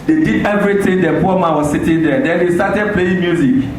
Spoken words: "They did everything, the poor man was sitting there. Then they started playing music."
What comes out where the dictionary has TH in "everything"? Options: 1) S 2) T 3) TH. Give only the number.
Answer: 2